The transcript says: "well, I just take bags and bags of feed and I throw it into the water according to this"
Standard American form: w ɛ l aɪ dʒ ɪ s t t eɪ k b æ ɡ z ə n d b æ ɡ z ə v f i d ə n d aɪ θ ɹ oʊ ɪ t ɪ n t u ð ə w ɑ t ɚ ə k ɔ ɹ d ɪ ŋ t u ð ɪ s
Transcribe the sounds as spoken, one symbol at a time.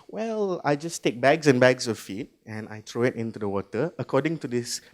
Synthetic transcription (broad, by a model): w ɛ l aɪ dʒ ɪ s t t eɪ k b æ ɡ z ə n b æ ɡ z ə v f i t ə n aɪ t ɹ oʊ ɪ t ɪ n t u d ə w ɑ t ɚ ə k ɔ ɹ d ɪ ŋ t u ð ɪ s